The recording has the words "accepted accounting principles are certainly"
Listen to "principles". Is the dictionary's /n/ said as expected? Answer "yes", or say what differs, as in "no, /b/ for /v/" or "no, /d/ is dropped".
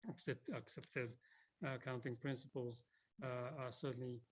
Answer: yes